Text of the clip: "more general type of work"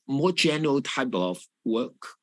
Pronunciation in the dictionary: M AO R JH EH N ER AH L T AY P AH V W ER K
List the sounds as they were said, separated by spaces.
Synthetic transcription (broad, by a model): M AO JH EH N ER AH L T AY B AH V W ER K